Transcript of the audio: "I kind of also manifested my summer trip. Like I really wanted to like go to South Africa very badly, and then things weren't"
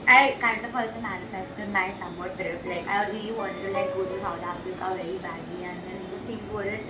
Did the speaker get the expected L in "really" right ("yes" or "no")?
no